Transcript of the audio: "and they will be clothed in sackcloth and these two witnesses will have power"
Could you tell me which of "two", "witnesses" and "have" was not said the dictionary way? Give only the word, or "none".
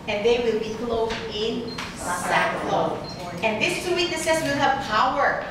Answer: witnesses